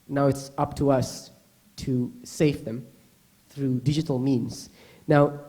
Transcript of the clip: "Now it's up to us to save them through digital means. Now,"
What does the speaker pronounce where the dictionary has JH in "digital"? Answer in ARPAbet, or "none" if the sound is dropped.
JH